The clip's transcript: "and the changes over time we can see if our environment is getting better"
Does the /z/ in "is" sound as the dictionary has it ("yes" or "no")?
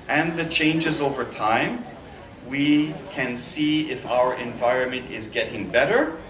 yes